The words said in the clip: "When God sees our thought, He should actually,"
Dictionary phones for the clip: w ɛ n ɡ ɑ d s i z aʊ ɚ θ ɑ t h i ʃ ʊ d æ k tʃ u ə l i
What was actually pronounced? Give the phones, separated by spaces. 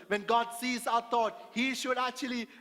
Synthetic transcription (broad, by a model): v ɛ n ɡ ɑ d s i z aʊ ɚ t ɑ t h i ʃ ʊ d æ k tʃ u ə l i